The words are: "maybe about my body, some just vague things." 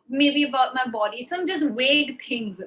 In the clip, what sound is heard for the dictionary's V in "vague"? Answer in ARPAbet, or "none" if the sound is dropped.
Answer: W